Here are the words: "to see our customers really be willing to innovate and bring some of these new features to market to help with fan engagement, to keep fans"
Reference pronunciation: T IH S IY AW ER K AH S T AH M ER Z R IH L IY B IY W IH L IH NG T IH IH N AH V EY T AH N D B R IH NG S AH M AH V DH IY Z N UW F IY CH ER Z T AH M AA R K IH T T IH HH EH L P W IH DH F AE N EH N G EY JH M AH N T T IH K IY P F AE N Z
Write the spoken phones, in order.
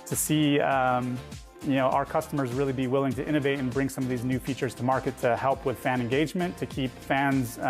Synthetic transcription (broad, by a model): T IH S IY AW ER K AH S T AH M ER Z R IH L IY B IY W IH L IH NG T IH IH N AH V EY T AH N B R IH NG S AH M AH V DH IY Z N UW F IY CH ER Z T AH M AA R K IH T T IH HH EH L P W IH DH F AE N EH N G EY JH M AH N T T IH K IY P F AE N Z